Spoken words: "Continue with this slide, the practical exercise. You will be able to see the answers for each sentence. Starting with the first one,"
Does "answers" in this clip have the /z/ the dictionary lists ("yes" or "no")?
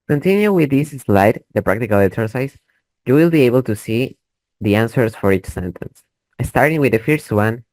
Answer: no